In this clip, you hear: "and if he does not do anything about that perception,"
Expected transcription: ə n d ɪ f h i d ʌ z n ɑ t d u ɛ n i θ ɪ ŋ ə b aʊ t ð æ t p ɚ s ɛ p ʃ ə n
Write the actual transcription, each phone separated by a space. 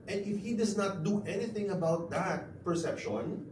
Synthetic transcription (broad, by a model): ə n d ɪ f h i d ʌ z n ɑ t d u ɛ n i θ ɪ ŋ ə b aʊ t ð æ t p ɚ s ɛ p ʃ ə n